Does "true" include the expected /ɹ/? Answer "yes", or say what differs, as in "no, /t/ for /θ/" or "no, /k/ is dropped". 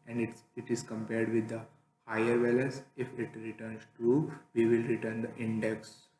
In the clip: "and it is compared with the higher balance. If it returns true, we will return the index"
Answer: no, /ɹ/ is dropped